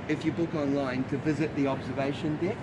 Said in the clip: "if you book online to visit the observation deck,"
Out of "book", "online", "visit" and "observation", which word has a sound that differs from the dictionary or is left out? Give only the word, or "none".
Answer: none